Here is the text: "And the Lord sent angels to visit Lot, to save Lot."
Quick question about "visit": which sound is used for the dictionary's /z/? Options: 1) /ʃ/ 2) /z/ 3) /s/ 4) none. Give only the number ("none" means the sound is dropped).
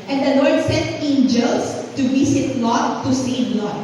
3